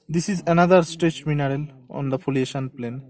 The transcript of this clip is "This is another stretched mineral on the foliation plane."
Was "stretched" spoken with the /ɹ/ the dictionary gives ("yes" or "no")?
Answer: no